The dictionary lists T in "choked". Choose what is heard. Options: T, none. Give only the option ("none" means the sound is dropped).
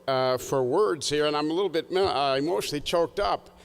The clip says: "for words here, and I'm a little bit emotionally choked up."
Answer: T